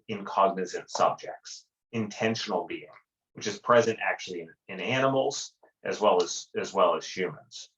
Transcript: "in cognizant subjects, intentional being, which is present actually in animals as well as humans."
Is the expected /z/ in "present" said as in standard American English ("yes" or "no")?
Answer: yes